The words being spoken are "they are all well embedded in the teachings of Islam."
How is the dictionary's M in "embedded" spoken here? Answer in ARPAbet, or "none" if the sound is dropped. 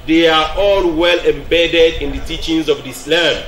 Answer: M